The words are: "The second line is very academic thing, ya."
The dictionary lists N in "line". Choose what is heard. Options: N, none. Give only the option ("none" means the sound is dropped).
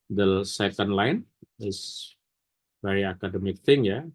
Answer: N